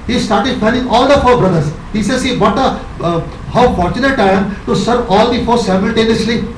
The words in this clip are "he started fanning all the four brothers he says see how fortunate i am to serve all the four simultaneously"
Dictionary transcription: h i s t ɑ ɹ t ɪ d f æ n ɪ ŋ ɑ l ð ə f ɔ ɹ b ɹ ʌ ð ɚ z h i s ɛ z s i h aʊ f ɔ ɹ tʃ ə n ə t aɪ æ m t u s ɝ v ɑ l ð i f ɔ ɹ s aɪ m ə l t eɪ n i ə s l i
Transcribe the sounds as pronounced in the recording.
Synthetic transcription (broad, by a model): h i s t ɑ ɹ t ɪ d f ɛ l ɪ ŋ ɑ l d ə f ɔ ɹ b ɹ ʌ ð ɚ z h i s ɛ z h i h aʊ f ɔ ɹ tʃ ə n ə t aɪ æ m t u s ɝ v ɑ l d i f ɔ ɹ s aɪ m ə l t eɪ n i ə s l i